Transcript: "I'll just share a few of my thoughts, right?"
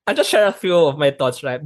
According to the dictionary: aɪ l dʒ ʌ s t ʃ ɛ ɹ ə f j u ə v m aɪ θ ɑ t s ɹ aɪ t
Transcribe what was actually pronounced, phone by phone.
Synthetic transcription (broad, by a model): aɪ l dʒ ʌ s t ʃ ɛ ɹ ə f j u ə v m aɪ t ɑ t s ɹ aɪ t